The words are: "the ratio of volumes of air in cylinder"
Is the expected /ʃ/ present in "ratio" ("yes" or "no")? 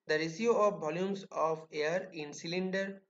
no